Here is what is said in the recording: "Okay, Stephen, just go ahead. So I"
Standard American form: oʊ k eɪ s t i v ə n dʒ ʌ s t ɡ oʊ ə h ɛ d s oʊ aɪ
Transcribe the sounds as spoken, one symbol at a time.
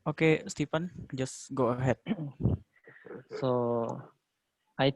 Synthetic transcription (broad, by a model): oʊ k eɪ s t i p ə n dʒ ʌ s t ɡ oʊ ə h ɛ d s oʊ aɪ